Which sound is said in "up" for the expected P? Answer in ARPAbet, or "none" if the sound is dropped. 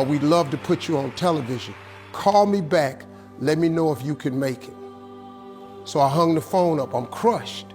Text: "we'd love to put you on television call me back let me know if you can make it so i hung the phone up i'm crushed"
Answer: P